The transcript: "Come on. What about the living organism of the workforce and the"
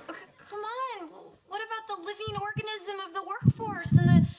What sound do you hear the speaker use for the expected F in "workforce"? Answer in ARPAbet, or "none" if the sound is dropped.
F